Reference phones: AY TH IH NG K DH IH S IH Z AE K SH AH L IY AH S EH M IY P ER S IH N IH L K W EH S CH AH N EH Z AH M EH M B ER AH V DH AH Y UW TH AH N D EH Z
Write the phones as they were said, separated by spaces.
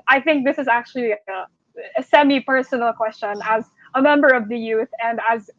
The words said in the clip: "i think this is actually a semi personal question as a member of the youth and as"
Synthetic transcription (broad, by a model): AY TH IH NG K DH IH S IH Z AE K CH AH L IY AH S EH M IY P ER S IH N L K W EH S CH AH N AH Z AH M EH M B ER AH V DH AH Y UW TH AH N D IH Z